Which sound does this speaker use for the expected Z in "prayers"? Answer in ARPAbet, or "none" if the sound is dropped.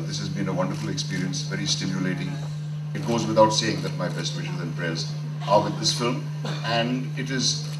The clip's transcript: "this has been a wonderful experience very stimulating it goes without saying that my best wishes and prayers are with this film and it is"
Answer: Z